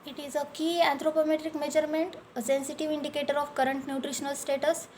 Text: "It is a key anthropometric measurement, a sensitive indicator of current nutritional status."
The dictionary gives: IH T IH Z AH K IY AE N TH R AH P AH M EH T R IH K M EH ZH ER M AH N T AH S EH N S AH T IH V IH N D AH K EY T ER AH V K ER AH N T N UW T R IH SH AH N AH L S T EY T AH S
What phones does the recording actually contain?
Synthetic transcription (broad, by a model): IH T IH Z AH K IY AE N T R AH P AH M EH T R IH K M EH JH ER M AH N T AH S EH N S AH T IH V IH N D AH K EY T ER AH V K ER AH N T N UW T R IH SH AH N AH L S T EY T AH S